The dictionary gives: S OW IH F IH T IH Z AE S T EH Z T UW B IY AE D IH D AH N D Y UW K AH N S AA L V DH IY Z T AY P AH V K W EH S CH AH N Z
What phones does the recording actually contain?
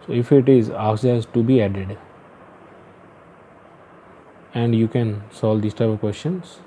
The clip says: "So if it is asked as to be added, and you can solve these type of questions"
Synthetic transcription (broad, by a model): S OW IH F IH T IH Z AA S EH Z T UW B IY AE D IH D AH N D Y UW K AH N S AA L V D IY S T AY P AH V K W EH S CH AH N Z